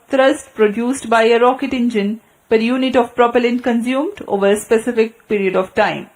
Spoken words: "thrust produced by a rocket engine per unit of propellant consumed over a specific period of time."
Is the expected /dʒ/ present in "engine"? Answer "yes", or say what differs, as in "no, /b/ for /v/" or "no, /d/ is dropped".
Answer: yes